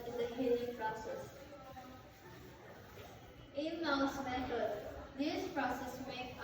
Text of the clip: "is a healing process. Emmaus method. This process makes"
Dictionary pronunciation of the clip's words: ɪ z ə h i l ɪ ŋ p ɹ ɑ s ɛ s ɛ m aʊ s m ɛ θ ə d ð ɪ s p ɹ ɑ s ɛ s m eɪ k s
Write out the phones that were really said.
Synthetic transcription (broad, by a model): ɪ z ə h i l ɪ ŋ p ɹ ɑ s ɛ s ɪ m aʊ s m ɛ t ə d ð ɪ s p ɹ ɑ s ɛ s m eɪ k